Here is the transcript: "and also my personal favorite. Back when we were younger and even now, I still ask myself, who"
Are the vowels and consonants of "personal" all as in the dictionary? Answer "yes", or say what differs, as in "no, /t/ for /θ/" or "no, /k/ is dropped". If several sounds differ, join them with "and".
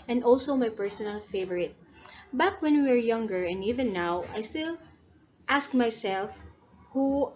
yes